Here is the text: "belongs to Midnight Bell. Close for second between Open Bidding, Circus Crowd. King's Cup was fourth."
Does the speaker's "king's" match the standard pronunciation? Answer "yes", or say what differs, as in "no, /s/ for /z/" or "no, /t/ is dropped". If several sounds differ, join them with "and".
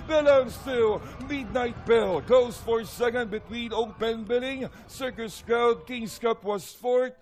no, /s/ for /z/